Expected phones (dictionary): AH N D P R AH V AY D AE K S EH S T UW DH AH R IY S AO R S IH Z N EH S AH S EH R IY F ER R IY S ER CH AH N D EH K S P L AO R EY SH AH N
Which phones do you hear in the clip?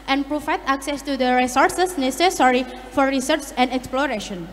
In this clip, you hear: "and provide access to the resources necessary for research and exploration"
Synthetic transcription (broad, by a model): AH N P R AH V AY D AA K S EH S T UW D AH R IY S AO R S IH S N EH S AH S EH R IY F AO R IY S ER S AH N D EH K S P L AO R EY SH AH N